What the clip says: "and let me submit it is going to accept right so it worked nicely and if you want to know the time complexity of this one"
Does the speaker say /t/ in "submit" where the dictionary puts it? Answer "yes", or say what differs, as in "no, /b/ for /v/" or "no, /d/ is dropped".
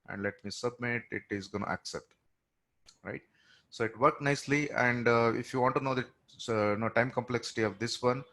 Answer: yes